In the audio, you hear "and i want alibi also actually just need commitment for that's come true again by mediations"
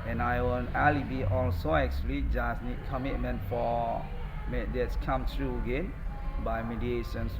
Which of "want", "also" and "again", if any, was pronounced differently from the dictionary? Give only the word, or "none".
want